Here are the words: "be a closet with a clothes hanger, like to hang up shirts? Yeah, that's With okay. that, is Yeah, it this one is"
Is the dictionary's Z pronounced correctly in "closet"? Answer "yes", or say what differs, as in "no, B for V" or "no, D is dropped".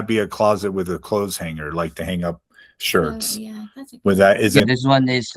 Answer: yes